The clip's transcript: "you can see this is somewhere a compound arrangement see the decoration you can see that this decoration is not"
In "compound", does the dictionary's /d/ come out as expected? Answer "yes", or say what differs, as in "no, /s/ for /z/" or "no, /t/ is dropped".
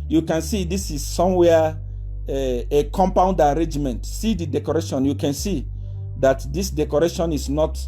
yes